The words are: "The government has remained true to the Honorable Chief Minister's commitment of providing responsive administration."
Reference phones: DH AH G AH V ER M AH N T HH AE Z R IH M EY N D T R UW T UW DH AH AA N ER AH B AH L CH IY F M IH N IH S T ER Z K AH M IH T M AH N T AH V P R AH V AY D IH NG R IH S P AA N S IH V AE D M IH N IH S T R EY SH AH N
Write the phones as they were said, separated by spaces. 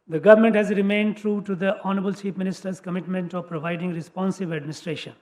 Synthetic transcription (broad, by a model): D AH G AH V ER M AH N T HH AE Z R IH M EY N D T R UW T UW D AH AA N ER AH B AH L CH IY P M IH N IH S T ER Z K AH M IH T M AH N T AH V P R AH V AY D IH NG R IH S P AA N S IH V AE D M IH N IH S T R EY SH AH N